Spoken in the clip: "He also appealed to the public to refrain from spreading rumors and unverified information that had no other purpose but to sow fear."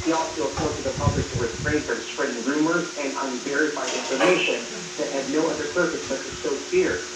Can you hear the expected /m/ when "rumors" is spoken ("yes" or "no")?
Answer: yes